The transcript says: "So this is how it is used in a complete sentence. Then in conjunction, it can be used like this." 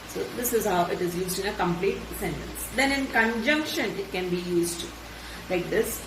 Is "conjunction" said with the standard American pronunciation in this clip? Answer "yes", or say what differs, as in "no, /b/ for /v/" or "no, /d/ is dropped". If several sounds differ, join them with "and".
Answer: yes